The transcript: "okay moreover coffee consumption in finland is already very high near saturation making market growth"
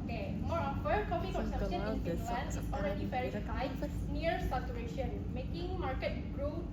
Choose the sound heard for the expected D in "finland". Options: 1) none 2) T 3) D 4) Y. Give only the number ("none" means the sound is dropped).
1